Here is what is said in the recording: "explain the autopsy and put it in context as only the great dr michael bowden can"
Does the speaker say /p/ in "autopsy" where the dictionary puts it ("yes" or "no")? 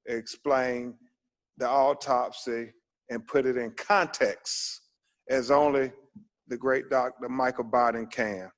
yes